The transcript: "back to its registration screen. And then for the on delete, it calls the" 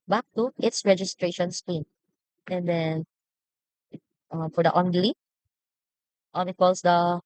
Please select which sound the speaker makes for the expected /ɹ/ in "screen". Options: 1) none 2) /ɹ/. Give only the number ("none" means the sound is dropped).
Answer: 1